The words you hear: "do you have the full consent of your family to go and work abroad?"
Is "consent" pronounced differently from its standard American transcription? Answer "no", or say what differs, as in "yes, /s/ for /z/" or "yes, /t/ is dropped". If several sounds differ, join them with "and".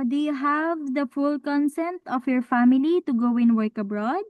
no